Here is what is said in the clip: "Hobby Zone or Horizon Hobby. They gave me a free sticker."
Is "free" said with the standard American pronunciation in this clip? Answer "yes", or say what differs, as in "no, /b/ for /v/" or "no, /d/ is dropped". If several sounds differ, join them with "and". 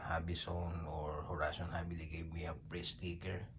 no, /p/ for /f/